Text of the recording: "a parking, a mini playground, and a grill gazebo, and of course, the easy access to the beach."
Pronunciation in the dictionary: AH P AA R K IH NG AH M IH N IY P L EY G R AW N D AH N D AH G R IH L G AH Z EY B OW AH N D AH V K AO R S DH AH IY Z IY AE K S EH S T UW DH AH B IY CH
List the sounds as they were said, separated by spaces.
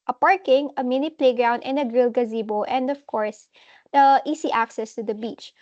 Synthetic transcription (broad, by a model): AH P AA R K IH NG AH M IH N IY P L EY G R AW N D AH N D AH G R IH L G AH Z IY B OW AH N D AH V K AO R S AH IY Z IY AE K S EH S T UW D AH B IY CH